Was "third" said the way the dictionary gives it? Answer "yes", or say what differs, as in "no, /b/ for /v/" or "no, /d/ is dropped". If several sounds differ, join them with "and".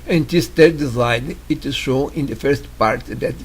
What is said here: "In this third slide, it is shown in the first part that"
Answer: no, /t/ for /θ/